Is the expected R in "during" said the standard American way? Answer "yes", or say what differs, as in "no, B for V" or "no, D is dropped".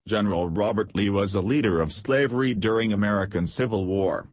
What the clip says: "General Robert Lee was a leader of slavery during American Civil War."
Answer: yes